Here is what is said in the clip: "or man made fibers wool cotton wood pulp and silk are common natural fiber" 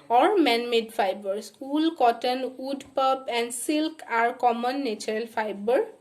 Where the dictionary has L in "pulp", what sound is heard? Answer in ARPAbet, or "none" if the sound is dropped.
none